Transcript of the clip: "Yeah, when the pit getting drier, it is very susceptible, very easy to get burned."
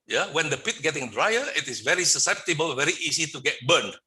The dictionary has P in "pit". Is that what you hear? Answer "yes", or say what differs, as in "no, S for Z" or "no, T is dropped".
yes